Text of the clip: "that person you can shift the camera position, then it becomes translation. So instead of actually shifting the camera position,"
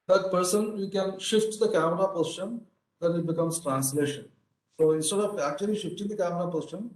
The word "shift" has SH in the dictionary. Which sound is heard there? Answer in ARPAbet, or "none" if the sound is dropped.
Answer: SH